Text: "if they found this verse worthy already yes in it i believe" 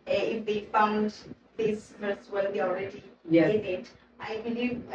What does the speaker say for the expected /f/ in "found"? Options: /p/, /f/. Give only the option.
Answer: /f/